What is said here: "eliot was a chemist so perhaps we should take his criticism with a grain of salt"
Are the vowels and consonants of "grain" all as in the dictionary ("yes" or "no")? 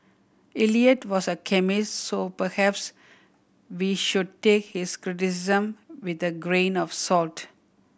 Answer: yes